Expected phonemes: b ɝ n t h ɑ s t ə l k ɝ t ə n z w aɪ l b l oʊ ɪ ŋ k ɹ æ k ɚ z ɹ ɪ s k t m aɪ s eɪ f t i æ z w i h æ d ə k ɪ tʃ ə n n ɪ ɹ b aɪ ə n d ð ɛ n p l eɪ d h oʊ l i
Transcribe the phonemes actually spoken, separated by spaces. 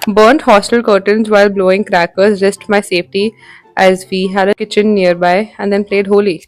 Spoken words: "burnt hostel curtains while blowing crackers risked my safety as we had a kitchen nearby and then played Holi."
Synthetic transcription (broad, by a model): b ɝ n t h ɑ s t ə l k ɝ t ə n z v aɪ l b l oʊ ɪ ŋ k ɹ æ k ɚ z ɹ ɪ s t m aɪ s eɪ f t i æ z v i h æ d ə k ɪ tʃ ə n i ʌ ɹ b aɪ ə n d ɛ n p l eɪ d h oʊ l i